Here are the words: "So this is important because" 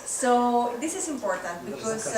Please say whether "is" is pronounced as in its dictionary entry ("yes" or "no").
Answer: no